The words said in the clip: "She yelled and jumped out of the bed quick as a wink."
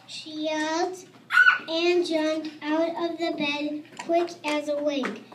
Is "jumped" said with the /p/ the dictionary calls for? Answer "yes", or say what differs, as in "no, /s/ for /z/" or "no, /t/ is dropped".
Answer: no, /p/ is dropped